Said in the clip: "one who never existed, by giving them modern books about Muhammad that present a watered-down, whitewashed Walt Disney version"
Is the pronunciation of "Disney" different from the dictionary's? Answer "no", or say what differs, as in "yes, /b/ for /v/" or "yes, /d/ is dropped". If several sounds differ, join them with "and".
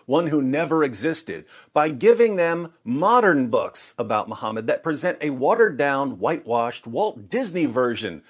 no